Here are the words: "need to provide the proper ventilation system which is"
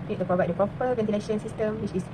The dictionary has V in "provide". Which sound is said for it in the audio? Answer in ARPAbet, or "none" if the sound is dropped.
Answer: V